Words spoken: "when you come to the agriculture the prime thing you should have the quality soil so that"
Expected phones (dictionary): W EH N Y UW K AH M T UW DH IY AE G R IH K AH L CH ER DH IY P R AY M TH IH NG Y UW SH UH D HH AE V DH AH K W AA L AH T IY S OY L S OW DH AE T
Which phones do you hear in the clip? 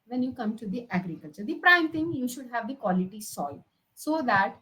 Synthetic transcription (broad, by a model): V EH N Y UW K AH M T UW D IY AE G R IH K AH L CH ER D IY P R AY M T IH NG Y UW SH UH D HH AE V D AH K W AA L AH T IY S OY L S OW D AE T